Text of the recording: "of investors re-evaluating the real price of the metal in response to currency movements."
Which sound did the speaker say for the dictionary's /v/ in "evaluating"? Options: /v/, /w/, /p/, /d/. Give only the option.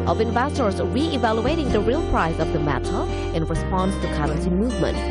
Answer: /v/